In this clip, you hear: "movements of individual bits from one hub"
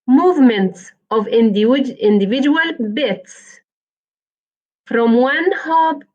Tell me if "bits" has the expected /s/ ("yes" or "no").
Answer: yes